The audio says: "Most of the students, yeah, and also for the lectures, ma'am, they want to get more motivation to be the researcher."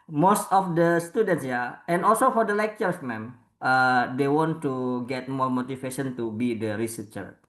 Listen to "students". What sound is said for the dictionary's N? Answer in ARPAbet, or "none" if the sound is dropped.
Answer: N